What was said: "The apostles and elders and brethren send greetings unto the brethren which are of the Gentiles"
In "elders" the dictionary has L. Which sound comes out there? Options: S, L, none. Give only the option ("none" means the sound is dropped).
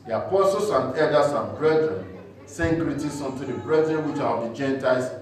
none